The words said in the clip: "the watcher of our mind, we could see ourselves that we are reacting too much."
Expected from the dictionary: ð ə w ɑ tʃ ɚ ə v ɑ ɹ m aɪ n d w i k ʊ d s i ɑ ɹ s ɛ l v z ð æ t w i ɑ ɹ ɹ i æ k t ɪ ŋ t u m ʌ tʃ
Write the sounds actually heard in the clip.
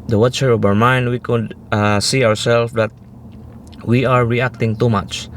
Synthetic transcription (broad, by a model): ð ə w ɑ tʃ ɚ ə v ɑ ɹ m aɪ n d w i k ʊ d s i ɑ ɹ s ɛ l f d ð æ t w i ɑ ɹ ɹ i æ k t ɪ ŋ t u m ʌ tʃ